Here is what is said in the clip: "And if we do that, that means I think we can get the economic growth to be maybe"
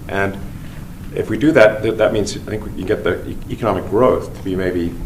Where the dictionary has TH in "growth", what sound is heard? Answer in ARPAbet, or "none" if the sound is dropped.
TH